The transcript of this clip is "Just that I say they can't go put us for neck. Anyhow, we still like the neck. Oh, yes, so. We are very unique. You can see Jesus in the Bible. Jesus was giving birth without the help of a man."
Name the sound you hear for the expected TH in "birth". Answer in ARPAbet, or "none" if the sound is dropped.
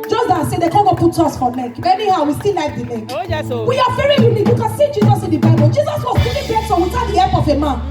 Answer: S